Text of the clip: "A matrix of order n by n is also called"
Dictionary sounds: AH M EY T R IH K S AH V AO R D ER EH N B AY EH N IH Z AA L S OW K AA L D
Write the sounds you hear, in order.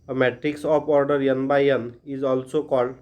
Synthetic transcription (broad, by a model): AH M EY T R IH K S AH P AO R D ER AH N B AY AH N IH Z AA L S OW K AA L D